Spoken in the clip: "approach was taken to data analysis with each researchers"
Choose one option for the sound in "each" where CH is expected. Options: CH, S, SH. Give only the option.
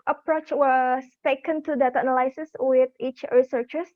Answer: CH